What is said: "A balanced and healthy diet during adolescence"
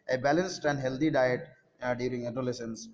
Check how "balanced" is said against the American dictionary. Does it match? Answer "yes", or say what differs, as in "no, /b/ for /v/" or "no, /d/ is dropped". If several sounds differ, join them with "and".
yes